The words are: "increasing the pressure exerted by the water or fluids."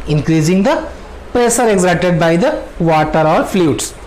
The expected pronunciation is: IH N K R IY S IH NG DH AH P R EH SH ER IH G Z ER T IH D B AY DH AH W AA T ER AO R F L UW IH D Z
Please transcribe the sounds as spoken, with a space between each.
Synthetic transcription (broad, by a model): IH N K R IY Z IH NG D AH P R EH S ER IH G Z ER T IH D B AY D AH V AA T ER AO R F L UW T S